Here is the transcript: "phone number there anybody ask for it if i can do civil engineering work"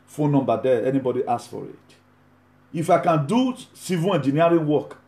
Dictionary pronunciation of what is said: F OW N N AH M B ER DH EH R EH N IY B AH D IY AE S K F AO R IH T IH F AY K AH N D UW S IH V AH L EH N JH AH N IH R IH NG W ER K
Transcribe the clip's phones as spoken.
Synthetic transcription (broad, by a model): F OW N N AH M B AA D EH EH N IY B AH D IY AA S F AO R IH T IH F AY K AH N D UW S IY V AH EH N JH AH N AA R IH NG W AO K